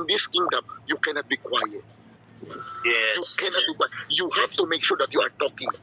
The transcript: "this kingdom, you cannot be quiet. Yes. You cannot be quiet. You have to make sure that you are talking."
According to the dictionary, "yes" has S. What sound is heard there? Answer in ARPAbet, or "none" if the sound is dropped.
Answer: none